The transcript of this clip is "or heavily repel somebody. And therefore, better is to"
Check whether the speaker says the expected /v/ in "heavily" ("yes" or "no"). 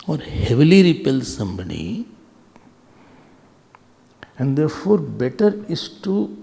yes